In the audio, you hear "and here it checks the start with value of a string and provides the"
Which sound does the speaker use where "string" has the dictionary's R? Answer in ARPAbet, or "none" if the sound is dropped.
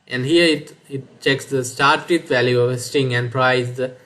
none